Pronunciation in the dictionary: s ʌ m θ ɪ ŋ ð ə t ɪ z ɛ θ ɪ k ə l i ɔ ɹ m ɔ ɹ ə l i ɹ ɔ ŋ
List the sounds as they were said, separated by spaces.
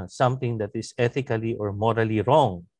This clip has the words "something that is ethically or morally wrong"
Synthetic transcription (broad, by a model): s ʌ m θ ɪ ŋ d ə t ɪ s ɛ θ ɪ k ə l i ɔ ɹ m ɔ ɹ ə l i ɹ ɔ ŋ